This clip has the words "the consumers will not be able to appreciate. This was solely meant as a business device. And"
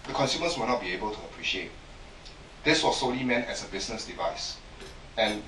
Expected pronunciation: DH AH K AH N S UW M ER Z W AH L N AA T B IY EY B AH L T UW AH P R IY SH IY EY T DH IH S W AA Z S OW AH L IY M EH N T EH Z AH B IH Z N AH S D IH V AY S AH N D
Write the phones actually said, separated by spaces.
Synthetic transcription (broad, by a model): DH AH K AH N S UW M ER S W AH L N AA T B IY EY B AH L T UW AH P R IY SH IY EY T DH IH S W AA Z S OW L IY M EH N T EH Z AH B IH S N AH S D IH V AY S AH N